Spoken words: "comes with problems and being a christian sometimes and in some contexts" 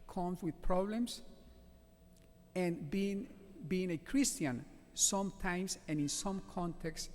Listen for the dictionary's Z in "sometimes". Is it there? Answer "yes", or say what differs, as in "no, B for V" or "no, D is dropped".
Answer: no, S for Z